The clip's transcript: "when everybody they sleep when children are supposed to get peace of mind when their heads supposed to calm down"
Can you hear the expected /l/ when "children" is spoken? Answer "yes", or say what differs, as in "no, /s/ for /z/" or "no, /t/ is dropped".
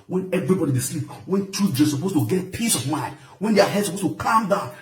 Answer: no, /l/ is dropped